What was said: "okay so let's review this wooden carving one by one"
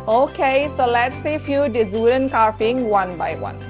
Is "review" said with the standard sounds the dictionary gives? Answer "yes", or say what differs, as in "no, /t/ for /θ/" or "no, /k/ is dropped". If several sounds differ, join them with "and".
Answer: no, /f/ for /v/